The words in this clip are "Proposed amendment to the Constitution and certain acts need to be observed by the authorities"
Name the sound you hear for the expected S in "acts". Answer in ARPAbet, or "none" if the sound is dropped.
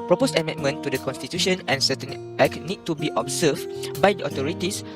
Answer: none